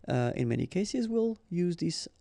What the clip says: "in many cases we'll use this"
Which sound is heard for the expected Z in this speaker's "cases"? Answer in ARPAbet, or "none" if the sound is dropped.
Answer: Z